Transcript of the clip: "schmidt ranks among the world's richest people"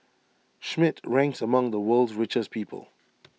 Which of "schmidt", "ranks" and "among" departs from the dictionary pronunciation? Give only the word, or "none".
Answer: none